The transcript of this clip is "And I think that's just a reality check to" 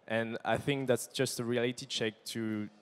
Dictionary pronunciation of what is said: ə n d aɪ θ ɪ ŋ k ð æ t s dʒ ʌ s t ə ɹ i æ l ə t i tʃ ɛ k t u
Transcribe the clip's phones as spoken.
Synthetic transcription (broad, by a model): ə n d aɪ θ ɪ ŋ k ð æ t s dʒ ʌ s t ə ɹ i æ l ə t i tʃ ɛ k t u